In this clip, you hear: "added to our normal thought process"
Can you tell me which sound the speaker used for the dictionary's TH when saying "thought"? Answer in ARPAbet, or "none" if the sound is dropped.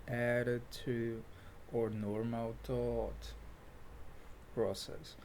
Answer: T